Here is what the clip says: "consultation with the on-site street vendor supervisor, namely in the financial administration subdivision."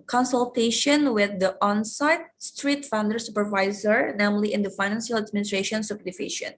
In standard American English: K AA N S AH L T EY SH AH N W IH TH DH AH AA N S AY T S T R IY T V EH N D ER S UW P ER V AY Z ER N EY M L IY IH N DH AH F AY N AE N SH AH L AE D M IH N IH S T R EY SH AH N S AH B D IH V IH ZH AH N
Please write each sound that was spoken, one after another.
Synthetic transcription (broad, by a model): K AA N S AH L T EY SH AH N W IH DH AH AA N S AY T S T R IY T F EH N D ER S UW P ER V AY Z ER N EY M L IY IH N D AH F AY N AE N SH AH L AE D M IH N IH S T R EY SH AH N S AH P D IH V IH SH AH N